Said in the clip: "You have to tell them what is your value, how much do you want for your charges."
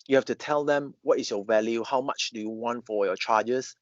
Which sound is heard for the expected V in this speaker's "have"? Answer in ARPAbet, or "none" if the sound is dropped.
F